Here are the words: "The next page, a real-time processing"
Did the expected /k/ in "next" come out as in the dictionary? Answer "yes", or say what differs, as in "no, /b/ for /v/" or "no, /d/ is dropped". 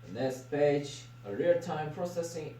no, /k/ is dropped